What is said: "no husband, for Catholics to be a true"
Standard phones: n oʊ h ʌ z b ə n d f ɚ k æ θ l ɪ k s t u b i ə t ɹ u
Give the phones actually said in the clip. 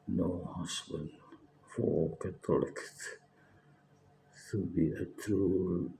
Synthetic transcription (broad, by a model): n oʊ h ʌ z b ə n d f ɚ k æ t l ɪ k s t u b i ə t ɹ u